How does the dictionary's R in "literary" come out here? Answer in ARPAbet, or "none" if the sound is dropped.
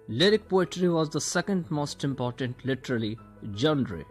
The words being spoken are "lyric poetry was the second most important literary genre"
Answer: L